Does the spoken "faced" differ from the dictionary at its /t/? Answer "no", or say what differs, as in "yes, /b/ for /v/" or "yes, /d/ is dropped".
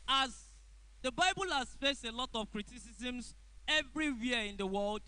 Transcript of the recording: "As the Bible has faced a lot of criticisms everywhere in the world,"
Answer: no